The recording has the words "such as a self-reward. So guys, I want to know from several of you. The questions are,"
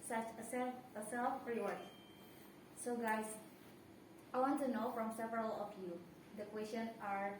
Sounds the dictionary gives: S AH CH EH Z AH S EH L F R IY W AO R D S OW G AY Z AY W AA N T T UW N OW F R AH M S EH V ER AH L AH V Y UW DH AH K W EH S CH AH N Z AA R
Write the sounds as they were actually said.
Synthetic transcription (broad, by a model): S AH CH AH S AH S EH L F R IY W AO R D S OW G AY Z AY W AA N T T UW N OW F R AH M S EH V ER AH L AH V Y UW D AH K W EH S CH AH N AA R